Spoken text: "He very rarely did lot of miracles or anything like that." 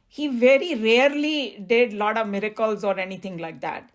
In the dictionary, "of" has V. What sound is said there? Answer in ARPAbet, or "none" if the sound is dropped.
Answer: V